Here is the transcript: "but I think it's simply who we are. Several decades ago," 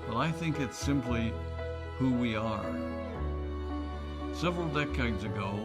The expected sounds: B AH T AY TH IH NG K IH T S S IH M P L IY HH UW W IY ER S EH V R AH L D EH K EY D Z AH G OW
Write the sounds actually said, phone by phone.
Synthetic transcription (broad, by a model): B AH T AY TH IH NG K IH T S S IH M P L IY HH UW W IY ER S EH V R L D EH K EY D Z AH G OW